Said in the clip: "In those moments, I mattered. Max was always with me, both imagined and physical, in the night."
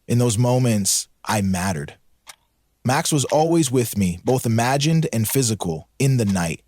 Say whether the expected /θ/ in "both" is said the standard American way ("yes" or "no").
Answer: yes